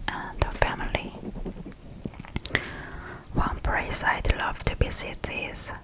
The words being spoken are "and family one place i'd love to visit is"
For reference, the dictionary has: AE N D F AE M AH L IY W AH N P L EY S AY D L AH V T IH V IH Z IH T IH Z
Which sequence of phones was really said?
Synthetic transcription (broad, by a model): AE N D F AE M AH L IY W AH N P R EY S AY D L AH V T IH B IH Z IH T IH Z